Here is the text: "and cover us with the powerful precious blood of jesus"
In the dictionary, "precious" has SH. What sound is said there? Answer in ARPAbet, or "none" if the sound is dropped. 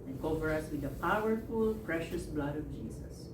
SH